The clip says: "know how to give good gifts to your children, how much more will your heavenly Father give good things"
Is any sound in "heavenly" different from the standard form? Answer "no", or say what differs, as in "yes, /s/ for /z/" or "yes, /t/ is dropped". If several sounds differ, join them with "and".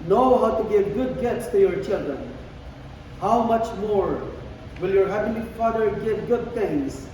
yes, /p/ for /v/ and /n/ is dropped